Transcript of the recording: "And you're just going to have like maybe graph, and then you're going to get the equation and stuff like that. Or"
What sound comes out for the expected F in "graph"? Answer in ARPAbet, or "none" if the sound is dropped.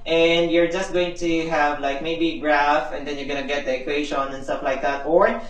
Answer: F